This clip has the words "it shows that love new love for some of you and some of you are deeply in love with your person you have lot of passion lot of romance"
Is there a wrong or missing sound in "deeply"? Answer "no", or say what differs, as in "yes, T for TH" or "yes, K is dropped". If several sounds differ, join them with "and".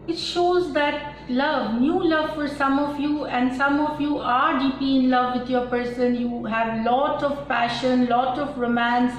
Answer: yes, L is dropped